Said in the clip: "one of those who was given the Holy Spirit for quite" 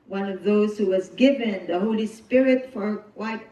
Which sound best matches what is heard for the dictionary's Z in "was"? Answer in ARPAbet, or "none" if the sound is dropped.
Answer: Z